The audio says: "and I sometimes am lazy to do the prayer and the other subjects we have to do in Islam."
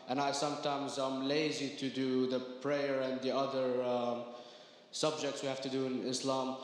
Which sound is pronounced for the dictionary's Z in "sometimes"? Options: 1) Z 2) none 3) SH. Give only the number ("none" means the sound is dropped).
1